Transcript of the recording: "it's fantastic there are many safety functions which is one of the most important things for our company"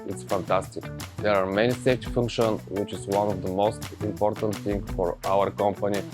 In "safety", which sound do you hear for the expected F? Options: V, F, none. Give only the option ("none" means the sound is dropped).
none